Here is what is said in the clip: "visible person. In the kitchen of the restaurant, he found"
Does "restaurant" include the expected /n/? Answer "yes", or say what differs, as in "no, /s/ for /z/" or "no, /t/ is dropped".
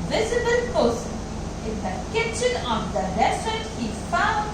no, /n/ is dropped